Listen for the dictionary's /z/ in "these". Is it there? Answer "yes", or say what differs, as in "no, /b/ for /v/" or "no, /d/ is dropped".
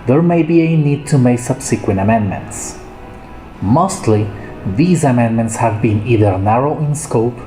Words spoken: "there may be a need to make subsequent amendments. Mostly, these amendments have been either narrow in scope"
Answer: yes